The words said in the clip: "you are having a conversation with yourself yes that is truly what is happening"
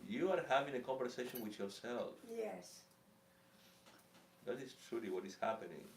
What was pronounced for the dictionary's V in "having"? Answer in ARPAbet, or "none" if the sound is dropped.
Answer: V